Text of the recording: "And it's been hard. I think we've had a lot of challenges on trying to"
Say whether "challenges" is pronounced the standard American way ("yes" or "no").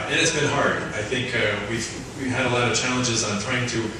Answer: yes